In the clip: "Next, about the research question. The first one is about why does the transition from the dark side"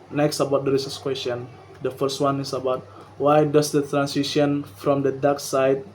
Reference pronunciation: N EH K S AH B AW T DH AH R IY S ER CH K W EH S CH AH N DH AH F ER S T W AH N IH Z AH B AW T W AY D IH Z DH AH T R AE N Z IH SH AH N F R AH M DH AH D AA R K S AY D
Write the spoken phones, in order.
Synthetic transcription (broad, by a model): N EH K S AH B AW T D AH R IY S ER S K W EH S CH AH N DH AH F ER S T W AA N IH S AH B AW T W AY D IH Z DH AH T R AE N S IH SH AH N F R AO M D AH D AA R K S AY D